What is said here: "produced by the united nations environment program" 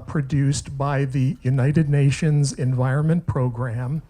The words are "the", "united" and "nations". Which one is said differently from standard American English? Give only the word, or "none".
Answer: none